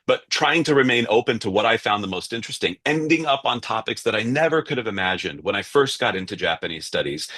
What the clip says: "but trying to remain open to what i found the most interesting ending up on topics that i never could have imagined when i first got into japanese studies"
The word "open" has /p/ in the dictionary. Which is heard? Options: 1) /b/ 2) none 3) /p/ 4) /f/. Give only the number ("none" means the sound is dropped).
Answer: 3